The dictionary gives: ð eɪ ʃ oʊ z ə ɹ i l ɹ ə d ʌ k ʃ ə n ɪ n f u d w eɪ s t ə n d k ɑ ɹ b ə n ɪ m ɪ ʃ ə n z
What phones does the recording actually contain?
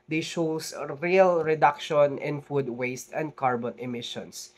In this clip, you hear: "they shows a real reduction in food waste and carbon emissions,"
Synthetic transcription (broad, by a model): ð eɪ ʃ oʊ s ɹ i l ɹ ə d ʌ k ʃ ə n ɪ n f u d w eɪ s t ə n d k ɑ ɹ b ə n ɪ m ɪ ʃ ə n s